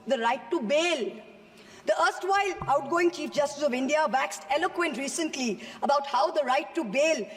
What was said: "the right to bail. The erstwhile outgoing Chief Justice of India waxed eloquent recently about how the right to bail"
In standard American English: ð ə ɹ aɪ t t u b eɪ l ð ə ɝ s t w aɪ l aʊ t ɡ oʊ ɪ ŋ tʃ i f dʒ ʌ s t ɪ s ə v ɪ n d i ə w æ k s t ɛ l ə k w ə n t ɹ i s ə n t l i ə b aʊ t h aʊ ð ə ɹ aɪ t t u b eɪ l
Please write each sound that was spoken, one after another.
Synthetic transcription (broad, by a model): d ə ɹ aɪ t t u b eɪ l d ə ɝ s t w aɪ l aʊ t ɡ oʊ ɪ ŋ tʃ i f dʒ ʌ s t ɪ s ə v ɪ n d i ə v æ k s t ɛ l ə k w ə n t ɹ i s ə n t l i ə b aʊ t h aʊ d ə ɹ aɪ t t u b eɪ l